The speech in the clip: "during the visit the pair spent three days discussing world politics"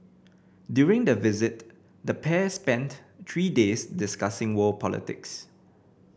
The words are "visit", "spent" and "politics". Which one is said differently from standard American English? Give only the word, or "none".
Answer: none